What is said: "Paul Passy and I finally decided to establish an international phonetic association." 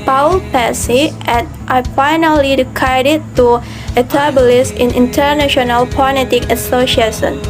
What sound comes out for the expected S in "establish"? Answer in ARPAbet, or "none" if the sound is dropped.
none